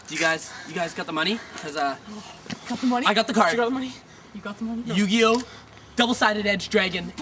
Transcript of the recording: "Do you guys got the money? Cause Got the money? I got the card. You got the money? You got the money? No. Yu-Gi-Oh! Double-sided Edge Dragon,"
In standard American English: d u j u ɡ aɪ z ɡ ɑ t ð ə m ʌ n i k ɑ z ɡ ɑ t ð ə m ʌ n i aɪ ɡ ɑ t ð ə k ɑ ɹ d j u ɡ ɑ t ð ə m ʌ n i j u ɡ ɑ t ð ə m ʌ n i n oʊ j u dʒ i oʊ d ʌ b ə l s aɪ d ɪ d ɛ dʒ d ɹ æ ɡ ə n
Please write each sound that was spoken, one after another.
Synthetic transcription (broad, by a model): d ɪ j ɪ ɡ aɪ z ɡ ɑ t ð ə m ʌ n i k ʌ z ɡ ɑ t ð ə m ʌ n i aɪ ɡ ɑ t ð ə k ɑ ɹ ɡ ɑ t ð ə m ʌ n i j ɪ ɡ ɑ t ð ə m ʌ n i j u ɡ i oʊ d ʌ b l s aɪ d ɪ d ɛ dʒ d ɹ æ ɡ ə n